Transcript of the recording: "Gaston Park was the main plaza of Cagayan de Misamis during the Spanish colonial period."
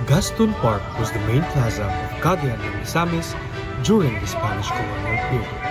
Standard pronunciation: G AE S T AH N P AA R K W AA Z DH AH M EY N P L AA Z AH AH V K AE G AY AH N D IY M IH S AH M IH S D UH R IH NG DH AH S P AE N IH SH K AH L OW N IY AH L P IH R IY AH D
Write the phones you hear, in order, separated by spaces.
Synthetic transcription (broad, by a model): G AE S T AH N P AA R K W AA Z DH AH M EY N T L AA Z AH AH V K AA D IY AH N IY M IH S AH M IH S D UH R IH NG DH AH S P AE N IH SH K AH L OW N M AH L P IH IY